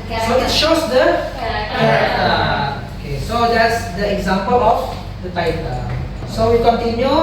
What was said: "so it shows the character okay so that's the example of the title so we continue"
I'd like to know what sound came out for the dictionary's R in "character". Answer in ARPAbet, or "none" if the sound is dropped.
none